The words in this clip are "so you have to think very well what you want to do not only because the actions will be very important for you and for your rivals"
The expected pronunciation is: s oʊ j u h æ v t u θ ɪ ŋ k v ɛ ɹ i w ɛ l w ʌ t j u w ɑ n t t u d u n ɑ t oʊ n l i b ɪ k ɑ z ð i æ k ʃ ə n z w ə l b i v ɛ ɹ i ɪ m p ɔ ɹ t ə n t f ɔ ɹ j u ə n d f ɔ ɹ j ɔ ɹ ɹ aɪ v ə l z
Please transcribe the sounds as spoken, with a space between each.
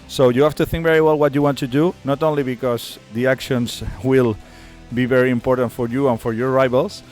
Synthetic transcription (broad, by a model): s oʊ j u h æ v t u θ ɪ ŋ k v ɛ ɹ i w ɛ l w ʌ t j u w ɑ n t t u d u n ɑ t oʊ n l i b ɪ k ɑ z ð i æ k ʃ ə n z w ə l b i v ɛ ɹ i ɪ m p ɔ ɹ t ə n t f ɔ ɹ j u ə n f ɔ ɹ j ɔ ɹ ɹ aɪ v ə l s